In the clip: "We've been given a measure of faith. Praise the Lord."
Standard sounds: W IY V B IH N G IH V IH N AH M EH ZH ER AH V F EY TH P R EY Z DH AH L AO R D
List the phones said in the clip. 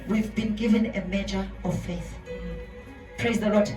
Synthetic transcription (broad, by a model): W IY V B IH N G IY V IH N AH M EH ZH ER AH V F EY TH P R EY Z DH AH L AO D